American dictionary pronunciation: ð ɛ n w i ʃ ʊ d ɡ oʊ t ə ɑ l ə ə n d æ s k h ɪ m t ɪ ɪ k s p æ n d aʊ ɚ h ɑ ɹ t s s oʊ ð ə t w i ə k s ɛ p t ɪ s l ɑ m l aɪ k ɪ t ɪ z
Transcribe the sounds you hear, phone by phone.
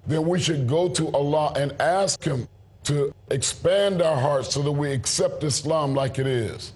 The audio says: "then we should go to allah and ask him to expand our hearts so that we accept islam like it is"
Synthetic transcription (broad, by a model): ð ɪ n w i ʃ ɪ d ɡ oʊ t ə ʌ l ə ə n æ s k h ɪ m t ɪ ɪ k s p æ n d aʊ ɚ h ɑ ɹ t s s oʊ ð ə t w i ə k s ɛ p t ɪ s l ɑ m l aɪ k ɪ t ɪ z